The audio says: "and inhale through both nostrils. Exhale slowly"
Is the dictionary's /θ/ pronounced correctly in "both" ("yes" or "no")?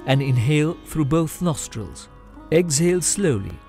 yes